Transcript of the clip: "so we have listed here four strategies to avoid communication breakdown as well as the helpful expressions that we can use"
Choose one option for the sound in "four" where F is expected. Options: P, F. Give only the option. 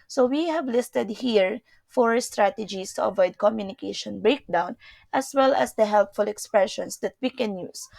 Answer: F